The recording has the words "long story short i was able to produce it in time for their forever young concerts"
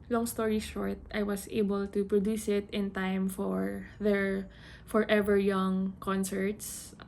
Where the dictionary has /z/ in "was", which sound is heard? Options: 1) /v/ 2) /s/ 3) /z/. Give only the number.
2